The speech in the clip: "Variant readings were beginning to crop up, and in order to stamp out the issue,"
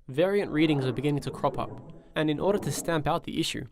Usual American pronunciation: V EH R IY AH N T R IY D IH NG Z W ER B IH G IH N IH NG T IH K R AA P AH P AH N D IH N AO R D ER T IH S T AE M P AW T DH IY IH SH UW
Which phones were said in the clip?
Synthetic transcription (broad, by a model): V EH R IY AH N T R IY D IH NG Z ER B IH G IH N IH NG T IH K R AA P AH P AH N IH N AO R D ER T IH S T AE M P AW T DH IY IH SH UW